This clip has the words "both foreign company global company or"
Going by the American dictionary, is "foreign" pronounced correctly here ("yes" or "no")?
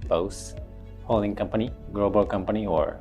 no